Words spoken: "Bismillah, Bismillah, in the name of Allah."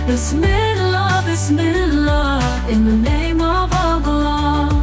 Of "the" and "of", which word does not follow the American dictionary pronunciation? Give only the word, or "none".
none